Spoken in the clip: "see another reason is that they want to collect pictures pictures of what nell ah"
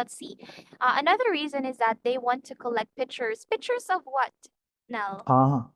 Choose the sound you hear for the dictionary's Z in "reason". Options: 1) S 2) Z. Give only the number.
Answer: 2